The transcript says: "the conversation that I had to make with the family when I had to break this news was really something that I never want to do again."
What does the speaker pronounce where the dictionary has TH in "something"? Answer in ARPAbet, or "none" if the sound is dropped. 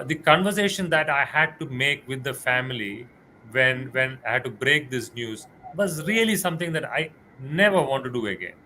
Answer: T